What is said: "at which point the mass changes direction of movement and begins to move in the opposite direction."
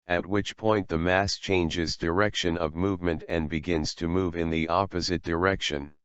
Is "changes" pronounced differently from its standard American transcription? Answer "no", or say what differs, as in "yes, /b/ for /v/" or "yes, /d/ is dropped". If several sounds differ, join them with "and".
no